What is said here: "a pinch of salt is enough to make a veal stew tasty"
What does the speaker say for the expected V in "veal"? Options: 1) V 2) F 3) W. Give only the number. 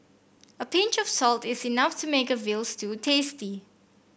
1